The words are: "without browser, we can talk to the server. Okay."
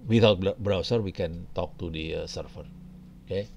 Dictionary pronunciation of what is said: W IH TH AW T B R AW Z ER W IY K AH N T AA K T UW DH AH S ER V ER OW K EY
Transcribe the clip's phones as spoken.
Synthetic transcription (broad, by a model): W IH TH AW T B R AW S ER W IY K AH N T AA K T UW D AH S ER F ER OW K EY